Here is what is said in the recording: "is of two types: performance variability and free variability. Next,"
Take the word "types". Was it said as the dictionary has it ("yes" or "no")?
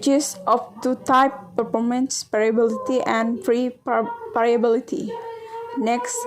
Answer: no